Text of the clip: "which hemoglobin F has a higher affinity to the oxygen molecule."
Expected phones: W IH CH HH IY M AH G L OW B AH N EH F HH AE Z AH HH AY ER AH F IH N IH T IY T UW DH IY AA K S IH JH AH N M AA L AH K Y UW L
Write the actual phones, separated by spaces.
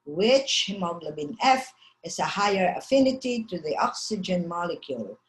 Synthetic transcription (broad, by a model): W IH CH HH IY M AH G L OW B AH N EH F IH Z AH HH AY ER AH F IH N IH T IY T UW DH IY AA K S IH JH AH N M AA L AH K Y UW L